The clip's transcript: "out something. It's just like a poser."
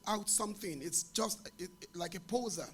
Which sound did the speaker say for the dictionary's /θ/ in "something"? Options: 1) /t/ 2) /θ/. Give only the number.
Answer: 2